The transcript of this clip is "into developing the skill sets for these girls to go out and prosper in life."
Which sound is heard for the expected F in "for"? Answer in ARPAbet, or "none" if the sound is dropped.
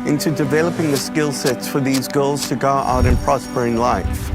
F